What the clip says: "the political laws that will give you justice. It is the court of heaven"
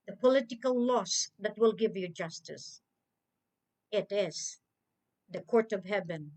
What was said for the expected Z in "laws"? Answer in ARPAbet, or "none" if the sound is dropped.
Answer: S